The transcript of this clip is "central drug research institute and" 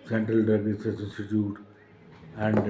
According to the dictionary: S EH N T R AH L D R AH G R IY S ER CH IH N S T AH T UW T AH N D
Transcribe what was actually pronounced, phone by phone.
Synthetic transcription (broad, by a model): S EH N T R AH L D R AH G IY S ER S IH N S T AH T UW T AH N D